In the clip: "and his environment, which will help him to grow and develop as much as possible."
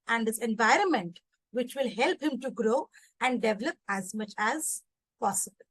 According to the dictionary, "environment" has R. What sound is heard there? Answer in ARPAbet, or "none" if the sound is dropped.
R